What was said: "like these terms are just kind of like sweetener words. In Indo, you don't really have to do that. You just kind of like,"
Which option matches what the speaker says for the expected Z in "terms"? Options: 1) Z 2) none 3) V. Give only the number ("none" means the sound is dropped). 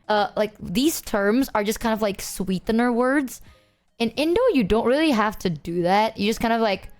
1